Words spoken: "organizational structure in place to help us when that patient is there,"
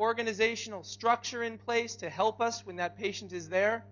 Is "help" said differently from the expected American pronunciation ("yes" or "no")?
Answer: no